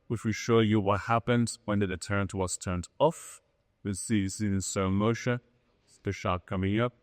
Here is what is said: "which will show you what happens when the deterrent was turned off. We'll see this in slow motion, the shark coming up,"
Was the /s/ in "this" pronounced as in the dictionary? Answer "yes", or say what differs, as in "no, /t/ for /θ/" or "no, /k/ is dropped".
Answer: no, /s/ is dropped